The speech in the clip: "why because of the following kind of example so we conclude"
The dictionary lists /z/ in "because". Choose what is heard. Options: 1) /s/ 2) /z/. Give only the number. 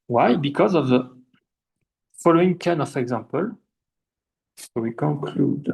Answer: 2